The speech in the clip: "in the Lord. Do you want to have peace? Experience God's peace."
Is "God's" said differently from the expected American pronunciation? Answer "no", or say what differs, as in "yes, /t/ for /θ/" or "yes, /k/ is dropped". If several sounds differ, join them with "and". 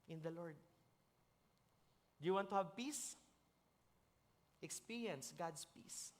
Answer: yes, /s/ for /z/